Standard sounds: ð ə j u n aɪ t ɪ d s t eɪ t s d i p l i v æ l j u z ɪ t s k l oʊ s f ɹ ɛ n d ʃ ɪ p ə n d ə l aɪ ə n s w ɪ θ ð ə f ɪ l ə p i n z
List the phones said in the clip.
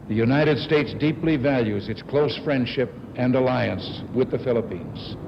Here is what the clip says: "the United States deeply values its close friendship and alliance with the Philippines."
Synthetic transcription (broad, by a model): ð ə j u n aɪ t ɪ d s t eɪ t s d i p l i v æ l j u z ɪ t s k l oʊ s f ɹ ɛ n d ʃ ɪ p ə n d ə l aɪ ə n s w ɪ ð ə f ɪ l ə p i n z